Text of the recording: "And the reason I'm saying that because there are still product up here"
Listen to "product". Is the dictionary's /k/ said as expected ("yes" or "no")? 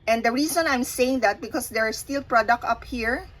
yes